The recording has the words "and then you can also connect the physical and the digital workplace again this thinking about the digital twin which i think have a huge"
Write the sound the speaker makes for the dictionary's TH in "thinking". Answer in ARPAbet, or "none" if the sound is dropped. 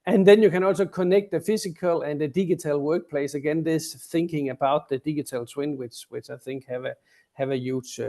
TH